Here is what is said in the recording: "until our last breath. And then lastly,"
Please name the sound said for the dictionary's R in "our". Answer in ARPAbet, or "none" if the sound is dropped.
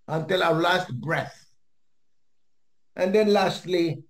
W